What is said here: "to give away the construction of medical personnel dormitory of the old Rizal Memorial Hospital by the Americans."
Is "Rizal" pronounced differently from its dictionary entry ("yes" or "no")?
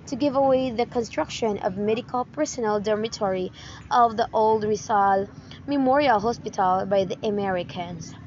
yes